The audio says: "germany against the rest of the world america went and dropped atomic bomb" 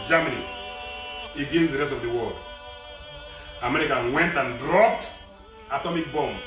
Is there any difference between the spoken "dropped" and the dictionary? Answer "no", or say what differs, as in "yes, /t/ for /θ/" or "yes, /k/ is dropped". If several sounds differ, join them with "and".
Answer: no